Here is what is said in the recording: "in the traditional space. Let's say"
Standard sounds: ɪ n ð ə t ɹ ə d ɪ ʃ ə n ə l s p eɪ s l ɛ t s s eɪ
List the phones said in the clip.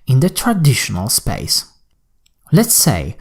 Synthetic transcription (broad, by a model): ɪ n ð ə t ɹ ə d ɪ ʃ ə n ə l s p eɪ s l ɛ t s s eɪ